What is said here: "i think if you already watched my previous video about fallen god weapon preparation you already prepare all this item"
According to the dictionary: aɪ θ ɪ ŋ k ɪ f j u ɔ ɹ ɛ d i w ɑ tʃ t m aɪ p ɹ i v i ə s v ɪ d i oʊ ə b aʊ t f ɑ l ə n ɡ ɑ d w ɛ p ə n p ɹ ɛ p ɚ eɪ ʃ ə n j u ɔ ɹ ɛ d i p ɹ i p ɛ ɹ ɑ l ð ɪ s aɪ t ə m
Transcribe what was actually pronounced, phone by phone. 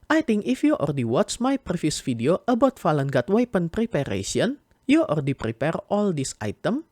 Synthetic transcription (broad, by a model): aɪ t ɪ ŋ k ɪ f j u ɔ ɹ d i w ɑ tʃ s m aɪ p ɹ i f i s f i d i oʊ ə b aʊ t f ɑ l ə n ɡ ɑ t w ɛ p ə n p ɹ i p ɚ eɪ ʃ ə n j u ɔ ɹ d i p ɹ i p ɛ ɹ ɑ l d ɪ s aɪ t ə m